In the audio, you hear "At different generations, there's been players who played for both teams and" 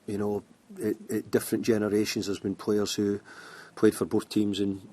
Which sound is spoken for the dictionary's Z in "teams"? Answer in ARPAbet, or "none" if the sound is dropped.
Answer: Z